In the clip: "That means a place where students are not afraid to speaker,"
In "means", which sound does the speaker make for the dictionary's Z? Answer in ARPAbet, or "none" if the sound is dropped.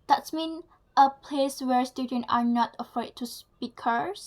none